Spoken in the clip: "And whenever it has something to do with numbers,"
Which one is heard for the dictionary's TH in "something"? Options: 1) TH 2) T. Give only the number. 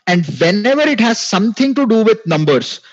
2